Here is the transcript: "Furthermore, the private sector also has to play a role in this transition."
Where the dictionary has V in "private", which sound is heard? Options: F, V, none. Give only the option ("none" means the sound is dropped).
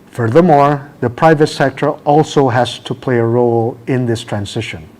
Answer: V